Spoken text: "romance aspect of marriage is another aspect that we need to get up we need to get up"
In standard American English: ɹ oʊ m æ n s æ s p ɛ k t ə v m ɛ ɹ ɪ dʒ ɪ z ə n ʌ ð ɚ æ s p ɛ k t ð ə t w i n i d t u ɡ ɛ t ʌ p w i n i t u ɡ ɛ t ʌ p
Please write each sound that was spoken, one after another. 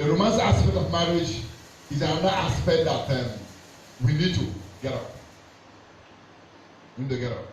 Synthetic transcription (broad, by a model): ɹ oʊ m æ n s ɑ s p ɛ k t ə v m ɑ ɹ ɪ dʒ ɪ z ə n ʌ ɑ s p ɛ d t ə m w i n i d t u ɡ ɛ t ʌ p w i n i t u ɡ ɛ t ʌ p